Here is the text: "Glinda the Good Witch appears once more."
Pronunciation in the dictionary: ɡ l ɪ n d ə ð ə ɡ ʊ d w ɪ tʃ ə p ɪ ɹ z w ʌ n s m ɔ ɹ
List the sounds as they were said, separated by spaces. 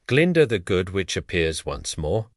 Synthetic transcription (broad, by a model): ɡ l ɪ n d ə ð ə ɡ ʊ d w ɪ tʃ ə p ɪ ɹ z w ʌ n s m ɔ ɹ